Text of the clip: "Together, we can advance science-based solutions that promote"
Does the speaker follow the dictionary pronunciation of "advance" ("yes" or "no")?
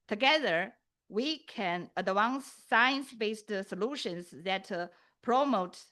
no